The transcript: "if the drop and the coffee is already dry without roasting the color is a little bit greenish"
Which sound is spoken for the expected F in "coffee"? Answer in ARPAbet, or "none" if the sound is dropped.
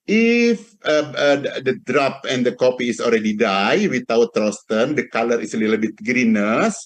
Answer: P